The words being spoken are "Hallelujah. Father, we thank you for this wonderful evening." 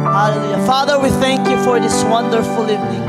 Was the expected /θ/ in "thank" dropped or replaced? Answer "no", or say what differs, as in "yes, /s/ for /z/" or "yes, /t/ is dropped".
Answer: no